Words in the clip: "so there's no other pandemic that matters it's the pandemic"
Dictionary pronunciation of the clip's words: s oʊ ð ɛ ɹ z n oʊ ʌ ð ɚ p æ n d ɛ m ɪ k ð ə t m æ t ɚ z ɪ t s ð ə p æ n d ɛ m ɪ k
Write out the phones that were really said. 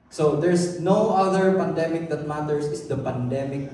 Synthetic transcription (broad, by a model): s oʊ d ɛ ɹ s n oʊ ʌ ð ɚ p æ n d ɛ m ɪ k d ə t m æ t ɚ s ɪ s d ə p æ n d ɛ m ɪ k